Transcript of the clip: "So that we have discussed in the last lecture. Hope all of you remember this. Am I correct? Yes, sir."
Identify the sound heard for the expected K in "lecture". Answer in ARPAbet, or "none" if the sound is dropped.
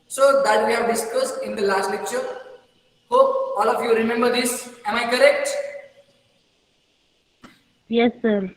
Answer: K